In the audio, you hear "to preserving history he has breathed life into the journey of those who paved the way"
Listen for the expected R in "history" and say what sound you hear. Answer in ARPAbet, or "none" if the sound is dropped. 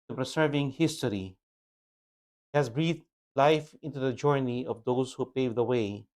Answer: none